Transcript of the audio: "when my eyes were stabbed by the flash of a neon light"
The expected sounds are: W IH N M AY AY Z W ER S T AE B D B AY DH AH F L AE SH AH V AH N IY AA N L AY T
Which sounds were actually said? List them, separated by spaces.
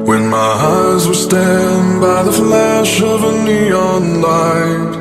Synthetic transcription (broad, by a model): W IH N M AY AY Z W ER S T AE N B AY DH AH F L AE SH AH V AH N IY AA N L AY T